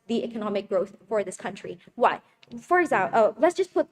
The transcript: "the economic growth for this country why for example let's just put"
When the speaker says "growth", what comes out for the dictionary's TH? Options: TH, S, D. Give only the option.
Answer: TH